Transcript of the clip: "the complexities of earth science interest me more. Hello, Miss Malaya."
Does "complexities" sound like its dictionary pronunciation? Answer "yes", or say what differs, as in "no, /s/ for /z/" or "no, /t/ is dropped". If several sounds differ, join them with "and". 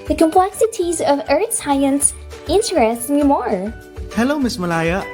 yes